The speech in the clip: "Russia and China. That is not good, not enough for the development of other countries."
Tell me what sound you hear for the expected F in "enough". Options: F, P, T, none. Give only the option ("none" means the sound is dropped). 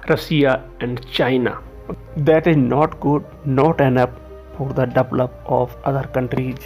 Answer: P